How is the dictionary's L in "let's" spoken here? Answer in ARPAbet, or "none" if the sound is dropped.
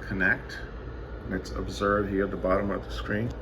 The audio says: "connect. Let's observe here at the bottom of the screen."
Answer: N